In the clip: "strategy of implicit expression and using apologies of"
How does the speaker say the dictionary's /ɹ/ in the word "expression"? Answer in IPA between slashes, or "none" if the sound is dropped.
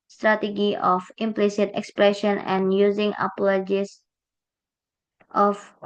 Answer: /ɹ/